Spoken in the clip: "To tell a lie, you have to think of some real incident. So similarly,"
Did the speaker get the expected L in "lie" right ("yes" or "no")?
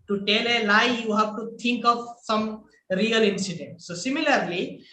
no